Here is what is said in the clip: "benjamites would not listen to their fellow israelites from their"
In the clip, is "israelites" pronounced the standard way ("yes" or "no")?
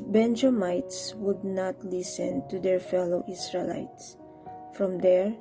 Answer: no